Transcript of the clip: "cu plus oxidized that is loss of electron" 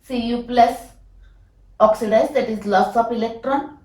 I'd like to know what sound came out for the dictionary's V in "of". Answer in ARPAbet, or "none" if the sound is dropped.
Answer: P